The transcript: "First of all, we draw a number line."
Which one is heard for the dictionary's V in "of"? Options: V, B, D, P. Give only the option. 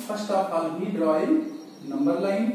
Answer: P